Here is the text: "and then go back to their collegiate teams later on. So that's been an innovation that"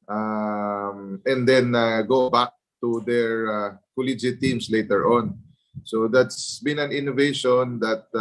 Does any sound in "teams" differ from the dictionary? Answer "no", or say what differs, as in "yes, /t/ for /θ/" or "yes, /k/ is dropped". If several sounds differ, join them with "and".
yes, /s/ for /z/